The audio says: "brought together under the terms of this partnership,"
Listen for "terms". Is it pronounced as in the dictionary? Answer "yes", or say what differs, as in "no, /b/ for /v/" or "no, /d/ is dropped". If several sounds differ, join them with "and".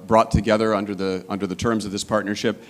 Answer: yes